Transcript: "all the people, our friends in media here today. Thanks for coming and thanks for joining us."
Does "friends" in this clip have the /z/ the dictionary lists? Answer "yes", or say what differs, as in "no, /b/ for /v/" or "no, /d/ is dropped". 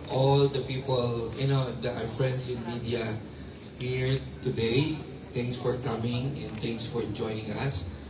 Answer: no, /s/ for /z/